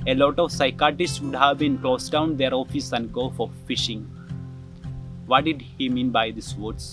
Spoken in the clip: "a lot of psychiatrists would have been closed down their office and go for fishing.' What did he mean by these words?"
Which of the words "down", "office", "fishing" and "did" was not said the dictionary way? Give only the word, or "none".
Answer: none